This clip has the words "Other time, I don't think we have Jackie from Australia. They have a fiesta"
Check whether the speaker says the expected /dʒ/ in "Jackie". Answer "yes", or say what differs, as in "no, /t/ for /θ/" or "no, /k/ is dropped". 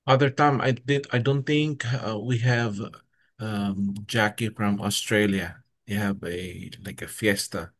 yes